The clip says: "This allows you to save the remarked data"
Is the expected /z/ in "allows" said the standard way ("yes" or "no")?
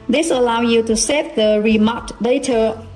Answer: no